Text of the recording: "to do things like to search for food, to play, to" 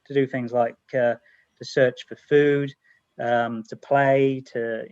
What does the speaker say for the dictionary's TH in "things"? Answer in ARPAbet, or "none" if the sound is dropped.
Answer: TH